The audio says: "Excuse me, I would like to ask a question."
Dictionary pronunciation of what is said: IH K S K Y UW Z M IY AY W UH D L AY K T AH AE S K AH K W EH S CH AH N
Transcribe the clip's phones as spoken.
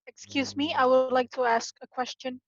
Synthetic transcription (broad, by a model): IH K S K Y UW Z M IY AY W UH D L AY K T AH AE S K AH K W EH S CH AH N